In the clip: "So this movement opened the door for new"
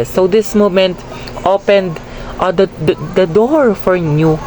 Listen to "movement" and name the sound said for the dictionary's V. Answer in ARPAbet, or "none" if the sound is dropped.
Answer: none